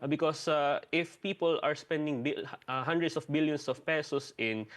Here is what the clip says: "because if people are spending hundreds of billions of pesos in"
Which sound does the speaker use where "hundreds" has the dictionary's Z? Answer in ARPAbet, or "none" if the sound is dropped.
S